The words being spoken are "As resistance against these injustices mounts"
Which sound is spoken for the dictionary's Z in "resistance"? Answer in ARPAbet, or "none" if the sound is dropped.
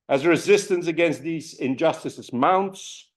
Z